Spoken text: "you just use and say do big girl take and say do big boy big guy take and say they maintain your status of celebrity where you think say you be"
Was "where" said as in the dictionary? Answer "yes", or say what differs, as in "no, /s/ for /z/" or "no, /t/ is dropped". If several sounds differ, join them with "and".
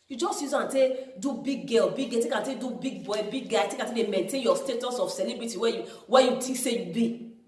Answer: no, /w/ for /ɹ/